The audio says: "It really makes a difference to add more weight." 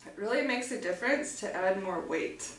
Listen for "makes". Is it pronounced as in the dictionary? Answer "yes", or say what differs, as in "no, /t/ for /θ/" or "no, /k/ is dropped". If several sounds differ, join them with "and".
yes